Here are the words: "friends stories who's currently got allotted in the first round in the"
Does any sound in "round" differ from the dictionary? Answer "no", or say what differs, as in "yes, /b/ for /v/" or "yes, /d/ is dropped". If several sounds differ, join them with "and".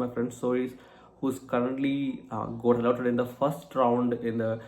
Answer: no